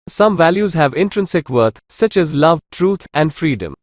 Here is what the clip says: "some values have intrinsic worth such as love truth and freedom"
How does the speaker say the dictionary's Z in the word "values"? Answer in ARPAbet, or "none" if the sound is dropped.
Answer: Z